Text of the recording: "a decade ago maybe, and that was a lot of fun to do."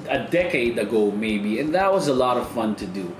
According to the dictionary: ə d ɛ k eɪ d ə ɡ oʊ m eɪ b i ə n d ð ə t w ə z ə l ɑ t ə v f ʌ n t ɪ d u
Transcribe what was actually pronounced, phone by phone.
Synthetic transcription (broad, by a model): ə d ɛ k eɪ d ə ɡ oʊ m eɪ b i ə n ð ə t w ə z ə l ɑ t ə v f ʌ n t ɪ d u